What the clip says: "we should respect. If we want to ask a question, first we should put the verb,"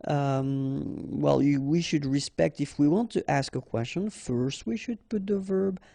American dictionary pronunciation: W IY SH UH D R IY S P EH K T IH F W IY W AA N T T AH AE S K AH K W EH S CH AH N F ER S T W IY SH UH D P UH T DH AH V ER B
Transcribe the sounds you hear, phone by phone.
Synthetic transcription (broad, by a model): W IY SH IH D R IY S P EH K T IH F W IY W AA N T T AE S K AH K W EH S CH AH N F ER S T W IY SH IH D P UH T DH AH V ER B